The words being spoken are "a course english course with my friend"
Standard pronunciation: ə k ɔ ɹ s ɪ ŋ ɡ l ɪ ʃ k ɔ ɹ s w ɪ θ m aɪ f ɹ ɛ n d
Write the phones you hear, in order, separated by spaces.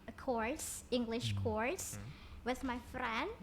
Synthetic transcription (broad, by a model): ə k ɔ ɹ s ɪ ŋ ɡ l ɪ ʃ k ɔ ɹ s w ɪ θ m aɪ f ɹ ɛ n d